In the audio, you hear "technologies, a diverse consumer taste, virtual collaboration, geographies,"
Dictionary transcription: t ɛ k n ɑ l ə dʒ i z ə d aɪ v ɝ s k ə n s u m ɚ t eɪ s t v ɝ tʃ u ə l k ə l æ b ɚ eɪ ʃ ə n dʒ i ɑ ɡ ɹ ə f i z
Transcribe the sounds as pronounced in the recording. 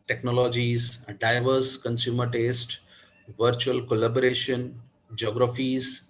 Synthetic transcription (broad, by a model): t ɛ k n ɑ l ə dʒ i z d aɪ v ɝ s k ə n s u m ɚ t eɪ s t v ɝ tʃ u ə l k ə l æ b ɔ eɪ ʃ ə n dʒ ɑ ɡ ɹ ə f i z